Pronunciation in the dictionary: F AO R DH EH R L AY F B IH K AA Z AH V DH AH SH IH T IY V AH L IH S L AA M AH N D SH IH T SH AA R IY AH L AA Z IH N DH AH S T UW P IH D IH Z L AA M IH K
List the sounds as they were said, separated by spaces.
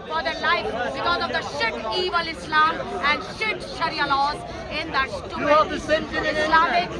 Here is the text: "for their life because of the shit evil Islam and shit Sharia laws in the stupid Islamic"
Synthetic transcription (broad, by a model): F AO R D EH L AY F B IH K AA Z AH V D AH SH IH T IY V AH L IH S L AA M AH N D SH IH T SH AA R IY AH L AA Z IH N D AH S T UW IH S L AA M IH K